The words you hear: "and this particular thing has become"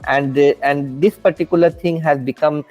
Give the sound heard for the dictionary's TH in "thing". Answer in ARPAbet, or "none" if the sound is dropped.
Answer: T